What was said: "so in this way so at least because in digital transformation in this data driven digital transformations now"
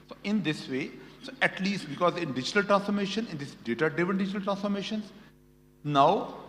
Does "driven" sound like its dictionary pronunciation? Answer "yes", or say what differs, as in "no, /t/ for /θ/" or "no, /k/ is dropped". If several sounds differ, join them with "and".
no, /ɹ/ is dropped